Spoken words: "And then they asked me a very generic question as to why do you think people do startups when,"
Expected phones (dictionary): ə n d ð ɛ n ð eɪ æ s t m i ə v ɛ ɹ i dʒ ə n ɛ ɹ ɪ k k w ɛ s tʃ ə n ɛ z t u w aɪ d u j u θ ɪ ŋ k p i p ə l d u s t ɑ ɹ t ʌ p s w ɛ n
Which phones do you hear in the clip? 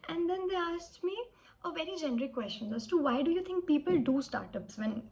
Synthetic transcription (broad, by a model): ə n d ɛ n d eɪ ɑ s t m i ə v ɛ ɹ i dʒ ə n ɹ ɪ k k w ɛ s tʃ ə n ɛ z t u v aɪ d u j u t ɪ ŋ k p i p ə l d u s t ɑ ɹ t ʌ p s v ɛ n